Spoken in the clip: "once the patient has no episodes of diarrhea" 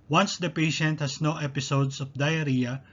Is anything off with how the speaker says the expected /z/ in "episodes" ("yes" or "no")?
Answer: yes